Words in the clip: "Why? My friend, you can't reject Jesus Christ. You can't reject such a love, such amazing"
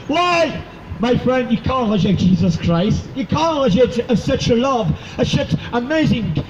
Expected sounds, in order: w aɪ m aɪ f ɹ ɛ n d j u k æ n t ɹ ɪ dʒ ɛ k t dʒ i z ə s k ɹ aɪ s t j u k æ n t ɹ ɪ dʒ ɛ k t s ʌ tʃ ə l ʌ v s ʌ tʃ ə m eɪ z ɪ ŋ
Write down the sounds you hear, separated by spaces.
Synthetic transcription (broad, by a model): w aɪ m aɪ f ɹ ɛ n d j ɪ k æ n t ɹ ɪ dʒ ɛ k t dʒ i z ə s k ɹ aɪ s t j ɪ k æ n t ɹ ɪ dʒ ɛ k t s ʌ tʃ ə l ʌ v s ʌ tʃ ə m eɪ z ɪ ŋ